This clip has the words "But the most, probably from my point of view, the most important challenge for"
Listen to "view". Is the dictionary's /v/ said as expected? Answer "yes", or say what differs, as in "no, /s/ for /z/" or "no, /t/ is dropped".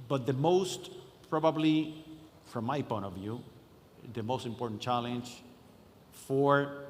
yes